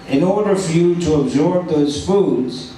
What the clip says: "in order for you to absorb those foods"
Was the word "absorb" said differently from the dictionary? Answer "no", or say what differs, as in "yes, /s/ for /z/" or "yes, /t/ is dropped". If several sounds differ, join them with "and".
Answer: no